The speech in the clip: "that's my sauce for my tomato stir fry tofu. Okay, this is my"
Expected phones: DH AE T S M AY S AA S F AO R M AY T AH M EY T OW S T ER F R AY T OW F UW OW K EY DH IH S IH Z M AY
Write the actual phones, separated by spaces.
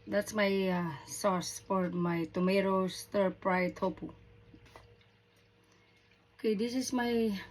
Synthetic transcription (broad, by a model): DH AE T S M AY S AA S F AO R M AY T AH M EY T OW S T ER P R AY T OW P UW OW K EY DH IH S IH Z M AY